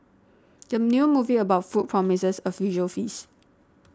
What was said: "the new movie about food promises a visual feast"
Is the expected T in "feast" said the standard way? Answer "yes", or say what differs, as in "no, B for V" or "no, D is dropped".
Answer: no, T is dropped